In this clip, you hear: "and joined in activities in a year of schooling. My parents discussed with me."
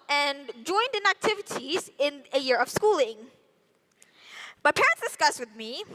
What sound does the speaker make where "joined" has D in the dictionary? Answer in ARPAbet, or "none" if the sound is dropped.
D